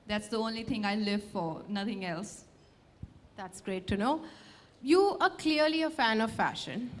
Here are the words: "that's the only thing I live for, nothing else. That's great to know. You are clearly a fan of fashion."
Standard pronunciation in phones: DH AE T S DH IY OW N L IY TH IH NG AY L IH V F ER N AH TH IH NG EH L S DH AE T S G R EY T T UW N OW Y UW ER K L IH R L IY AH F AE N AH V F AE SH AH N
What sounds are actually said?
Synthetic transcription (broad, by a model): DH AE T S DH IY OW N L IY T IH NG AY L IH V F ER N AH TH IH NG EH L S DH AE T S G R EY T T UW N OW Y UW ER K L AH R L IY AH F AE N AH V F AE SH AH N